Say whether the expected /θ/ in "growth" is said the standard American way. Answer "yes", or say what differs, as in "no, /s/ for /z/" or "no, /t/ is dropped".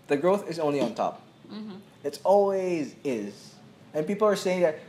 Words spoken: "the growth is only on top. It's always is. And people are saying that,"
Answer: yes